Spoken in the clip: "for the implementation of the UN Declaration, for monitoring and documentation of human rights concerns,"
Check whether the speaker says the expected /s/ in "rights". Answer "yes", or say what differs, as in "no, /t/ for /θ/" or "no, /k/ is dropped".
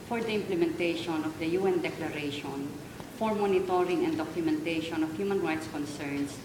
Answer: yes